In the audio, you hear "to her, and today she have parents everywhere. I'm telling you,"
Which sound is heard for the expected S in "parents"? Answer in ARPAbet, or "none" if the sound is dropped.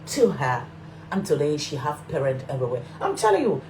none